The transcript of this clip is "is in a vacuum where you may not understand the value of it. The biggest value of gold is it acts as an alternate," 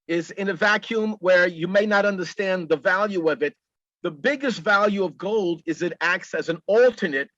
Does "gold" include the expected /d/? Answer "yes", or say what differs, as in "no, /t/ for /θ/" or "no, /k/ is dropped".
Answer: yes